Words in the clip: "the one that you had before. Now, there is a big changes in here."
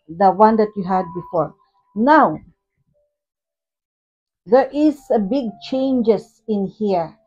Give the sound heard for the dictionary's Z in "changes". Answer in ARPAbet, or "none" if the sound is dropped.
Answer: S